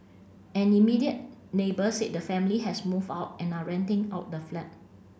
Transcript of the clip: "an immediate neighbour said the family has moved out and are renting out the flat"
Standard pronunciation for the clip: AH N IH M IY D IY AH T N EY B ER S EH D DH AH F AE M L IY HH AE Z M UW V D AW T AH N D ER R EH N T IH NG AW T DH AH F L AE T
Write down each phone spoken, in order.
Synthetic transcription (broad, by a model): AH N IH M IY D IY AH T N EY B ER S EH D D AH F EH M L IY HH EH S M UW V AW T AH N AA R EH N T IH NG AW T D AH F L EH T